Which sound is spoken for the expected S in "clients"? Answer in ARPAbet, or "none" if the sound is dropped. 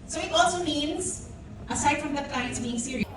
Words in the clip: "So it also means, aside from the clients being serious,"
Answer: none